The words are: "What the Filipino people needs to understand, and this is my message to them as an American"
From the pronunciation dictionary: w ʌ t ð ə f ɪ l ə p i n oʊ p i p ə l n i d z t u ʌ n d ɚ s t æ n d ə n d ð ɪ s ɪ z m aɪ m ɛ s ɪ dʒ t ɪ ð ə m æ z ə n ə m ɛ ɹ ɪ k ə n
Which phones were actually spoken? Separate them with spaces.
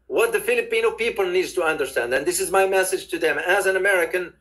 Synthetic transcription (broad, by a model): w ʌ t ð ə f ɪ l ə p i n oʊ p i p ə l n i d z t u ʌ n d ɚ s t æ n d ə n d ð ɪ s ɪ z m aɪ m ɛ s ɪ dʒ t ɪ ð ə m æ z ə n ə m ɛ ɹ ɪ k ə n